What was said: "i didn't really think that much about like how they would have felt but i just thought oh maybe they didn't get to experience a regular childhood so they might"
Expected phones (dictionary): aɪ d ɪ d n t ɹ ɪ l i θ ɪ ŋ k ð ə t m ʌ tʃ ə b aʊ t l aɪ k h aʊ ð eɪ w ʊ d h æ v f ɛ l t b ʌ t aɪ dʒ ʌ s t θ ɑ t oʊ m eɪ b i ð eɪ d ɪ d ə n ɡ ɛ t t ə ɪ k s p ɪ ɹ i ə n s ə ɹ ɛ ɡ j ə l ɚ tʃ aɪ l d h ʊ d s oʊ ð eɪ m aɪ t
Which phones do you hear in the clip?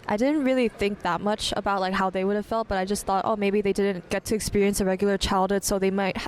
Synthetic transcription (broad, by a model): aɪ d ɪ d n t ɹ ɪ l i θ ɪ ŋ k ð ə t m ʌ tʃ ə b aʊ t l aɪ k h aʊ ð eɪ w ʊ d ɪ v f ɛ l t b ʌ t aɪ dʒ ʌ s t θ ɑ t oʊ m eɪ b i ð eɪ d ɪ d n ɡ ɛ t t ɪ k s p ɪ ɹ i ə n s ə ɹ ɛ ɡ j l ɚ tʃ aɪ l d h ʊ d s oʊ ð eɪ m aɪ t